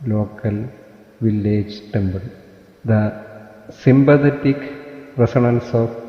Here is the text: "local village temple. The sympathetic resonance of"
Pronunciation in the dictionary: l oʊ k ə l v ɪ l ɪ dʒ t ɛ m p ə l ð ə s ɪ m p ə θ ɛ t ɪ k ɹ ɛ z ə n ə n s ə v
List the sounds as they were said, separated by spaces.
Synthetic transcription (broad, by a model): l oʊ k ə l v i l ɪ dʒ t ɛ m b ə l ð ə s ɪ m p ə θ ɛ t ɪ k ɹ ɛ s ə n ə n s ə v